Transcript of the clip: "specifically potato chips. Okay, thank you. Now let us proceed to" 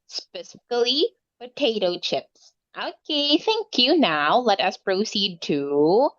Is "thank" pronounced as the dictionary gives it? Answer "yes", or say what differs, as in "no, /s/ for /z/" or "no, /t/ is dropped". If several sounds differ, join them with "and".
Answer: yes